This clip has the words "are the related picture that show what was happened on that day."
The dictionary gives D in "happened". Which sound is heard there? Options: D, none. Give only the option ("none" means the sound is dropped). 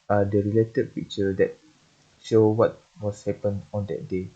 none